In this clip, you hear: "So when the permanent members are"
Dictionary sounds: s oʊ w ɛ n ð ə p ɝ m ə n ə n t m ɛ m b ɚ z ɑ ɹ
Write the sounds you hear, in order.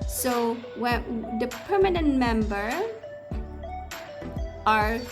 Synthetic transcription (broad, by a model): s oʊ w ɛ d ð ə p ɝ m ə n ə n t m ɛ m b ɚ ɑ ɹ